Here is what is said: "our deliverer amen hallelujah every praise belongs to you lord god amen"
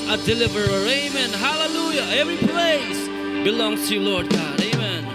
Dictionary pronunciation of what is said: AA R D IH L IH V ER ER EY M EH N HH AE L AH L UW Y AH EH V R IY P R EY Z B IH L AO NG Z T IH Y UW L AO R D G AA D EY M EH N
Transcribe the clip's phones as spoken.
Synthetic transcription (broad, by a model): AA D IH L IH V ER ER EY M EH N HH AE L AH L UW Y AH EH V R IY P L EY S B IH L AO NG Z T IH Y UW L AO R D G AA D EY M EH N